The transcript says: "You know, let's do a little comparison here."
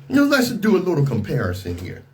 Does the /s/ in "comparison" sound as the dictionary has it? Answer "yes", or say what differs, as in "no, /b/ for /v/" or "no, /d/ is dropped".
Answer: yes